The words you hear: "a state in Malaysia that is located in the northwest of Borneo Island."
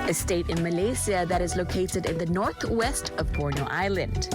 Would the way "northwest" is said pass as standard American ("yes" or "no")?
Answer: yes